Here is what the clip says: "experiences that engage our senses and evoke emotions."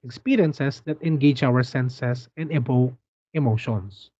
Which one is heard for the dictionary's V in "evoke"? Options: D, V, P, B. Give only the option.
B